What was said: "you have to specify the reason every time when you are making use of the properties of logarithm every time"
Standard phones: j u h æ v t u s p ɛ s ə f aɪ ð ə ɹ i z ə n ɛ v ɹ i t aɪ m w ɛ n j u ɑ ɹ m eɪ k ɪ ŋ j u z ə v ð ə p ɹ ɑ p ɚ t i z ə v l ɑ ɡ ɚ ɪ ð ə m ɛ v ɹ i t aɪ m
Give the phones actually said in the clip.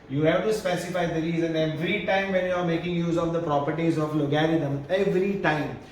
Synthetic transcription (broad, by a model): j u h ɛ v t u s p ɛ s ə f aɪ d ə ɹ i z ə n ɛ v ɹ i t aɪ m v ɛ n j u ɑ ɹ m eɪ k ɪ ŋ j u z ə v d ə p ɹ ɑ p ɚ t i z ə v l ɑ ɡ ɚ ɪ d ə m ɛ v ɹ i t aɪ m